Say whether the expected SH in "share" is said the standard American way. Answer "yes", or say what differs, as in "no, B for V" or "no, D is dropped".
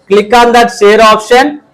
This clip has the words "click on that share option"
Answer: no, S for SH